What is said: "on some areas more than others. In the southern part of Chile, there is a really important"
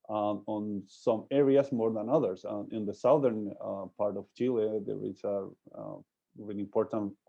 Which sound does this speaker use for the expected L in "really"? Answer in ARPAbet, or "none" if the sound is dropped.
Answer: none